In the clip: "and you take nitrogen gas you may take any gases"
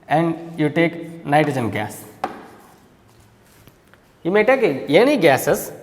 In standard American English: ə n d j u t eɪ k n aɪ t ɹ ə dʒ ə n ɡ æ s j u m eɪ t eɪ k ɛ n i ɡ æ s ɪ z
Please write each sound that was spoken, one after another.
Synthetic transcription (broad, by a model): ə n d j u t eɪ k n aɪ t ə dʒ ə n ɡ æ s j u m eɪ t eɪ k ɛ n i ɡ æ s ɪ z